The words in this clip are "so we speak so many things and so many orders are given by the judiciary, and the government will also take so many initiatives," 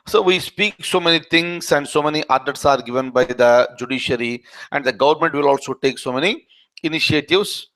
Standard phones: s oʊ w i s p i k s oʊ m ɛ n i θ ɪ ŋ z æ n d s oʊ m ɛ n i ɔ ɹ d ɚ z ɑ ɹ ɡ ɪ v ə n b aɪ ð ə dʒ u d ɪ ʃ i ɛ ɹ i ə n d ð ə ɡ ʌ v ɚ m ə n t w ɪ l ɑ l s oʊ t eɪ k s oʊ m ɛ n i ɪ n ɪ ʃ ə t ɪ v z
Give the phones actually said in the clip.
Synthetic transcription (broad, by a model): s oʊ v i s p i k s oʊ m ɛ n i t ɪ ŋ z æ n d s oʊ m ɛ n i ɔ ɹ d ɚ s ɑ ɹ ɡ ɪ v ə n b aɪ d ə dʒ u d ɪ ʃ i ɹ i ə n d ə ɡ ʌ v ɚ m ə n t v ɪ l ɑ l s oʊ t eɪ k s oʊ m ɛ n i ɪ n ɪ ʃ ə t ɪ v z